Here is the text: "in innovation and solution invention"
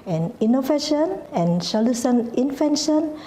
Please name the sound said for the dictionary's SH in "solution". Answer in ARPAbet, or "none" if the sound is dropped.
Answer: S